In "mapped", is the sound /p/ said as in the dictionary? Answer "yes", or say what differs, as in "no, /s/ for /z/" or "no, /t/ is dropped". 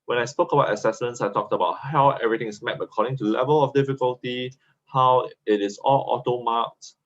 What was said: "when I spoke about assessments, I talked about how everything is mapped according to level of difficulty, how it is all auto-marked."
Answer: no, /p/ is dropped